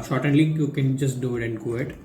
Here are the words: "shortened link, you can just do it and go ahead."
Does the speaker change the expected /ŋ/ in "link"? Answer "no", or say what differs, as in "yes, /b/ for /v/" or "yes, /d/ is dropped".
yes, /ŋ/ is dropped